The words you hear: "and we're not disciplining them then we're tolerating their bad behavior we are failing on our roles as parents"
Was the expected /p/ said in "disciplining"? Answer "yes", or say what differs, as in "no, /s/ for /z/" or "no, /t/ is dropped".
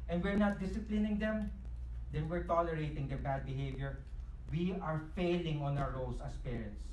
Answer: yes